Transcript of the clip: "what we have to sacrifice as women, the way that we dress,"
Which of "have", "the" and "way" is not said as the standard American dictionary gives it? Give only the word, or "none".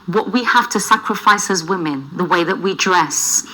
have